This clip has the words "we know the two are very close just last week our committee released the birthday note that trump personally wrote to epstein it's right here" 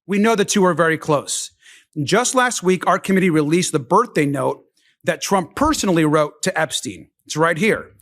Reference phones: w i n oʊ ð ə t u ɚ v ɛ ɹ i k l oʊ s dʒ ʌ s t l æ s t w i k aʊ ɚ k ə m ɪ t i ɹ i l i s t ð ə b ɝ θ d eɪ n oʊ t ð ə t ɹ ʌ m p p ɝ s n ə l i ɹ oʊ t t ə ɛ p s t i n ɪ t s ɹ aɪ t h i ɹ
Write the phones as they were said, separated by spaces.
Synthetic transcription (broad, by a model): w i n oʊ ð ə t u ɚ v ɛ ɹ i k l oʊ s dʒ ʌ s t l æ s t w i k aʊ ɚ k ə m ɪ t i ɹ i l i s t ð ə b ɝ θ d eɪ n oʊ t ð ə t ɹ ʌ m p p ɝ s n l i ɹ oʊ t t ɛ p s t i n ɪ t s ɹ aɪ t h i ɹ